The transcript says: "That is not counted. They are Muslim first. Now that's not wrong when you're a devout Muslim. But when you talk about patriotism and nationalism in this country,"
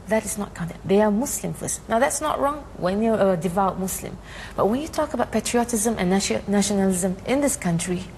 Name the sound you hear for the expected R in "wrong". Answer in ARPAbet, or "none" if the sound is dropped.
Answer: R